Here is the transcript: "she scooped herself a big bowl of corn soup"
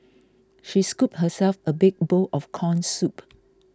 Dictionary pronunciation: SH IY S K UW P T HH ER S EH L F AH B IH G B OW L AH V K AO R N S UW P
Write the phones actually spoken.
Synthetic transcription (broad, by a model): SH IY S K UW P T HH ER S EH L F AH B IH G B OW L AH F K AO N S UW P